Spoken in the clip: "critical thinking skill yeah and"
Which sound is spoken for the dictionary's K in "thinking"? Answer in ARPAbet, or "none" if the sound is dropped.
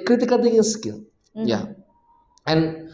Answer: none